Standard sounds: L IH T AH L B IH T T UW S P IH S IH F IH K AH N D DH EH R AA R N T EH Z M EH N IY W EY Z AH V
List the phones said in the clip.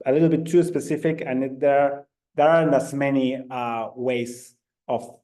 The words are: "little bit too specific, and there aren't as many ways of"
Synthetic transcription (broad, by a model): L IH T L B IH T T UW S P IH S IH F IH K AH N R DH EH R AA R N AH S M EH N IY W EY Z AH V